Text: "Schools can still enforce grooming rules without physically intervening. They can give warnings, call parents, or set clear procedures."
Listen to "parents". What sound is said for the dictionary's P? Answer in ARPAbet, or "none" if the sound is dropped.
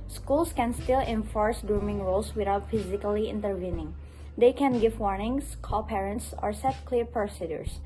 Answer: P